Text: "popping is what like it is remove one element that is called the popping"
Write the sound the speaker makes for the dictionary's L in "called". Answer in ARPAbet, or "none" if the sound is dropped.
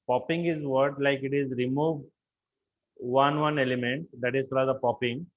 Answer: none